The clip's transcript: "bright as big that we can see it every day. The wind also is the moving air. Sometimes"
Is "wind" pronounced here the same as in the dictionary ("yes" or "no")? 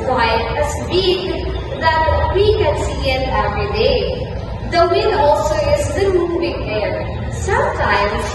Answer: no